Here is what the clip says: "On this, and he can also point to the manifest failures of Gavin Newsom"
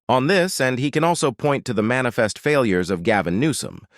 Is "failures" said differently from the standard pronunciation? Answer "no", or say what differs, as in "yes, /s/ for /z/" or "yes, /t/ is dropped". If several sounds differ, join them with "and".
no